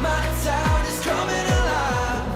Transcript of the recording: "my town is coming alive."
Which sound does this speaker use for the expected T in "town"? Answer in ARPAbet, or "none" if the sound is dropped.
S